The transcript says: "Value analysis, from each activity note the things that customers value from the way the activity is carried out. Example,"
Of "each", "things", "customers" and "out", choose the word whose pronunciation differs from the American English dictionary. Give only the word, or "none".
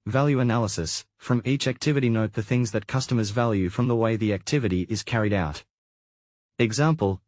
none